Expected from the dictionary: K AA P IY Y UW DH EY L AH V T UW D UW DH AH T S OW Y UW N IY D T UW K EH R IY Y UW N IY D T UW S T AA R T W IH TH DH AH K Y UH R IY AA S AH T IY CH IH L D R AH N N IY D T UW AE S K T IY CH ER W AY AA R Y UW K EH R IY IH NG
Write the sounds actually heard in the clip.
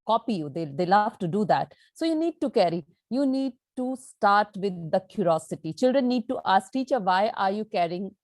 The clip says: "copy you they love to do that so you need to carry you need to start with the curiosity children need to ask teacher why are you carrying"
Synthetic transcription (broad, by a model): K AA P IY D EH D EY L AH F T UW D UW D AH T S OW Y UW N IY D T UW K EH R IY Y UW N IY D T UW S T AA R T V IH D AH K Y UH R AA S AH T IY CH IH L D R AH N N IY D T UW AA S K T IY CH ER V AY AA R Y UW K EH R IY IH NG